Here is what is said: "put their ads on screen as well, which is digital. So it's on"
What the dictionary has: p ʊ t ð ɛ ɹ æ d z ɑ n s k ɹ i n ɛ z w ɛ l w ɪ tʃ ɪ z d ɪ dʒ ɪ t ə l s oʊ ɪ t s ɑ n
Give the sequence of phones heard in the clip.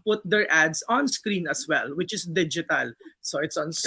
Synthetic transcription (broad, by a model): p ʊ t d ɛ ɹ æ d s ɑ n s k ɹ i n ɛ s w ɛ l w ɪ tʃ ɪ s d ɪ dʒ ɪ t ə l s oʊ ɪ t s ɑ n